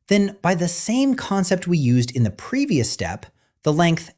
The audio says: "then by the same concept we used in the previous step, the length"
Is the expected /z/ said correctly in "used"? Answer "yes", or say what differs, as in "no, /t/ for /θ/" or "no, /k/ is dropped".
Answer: yes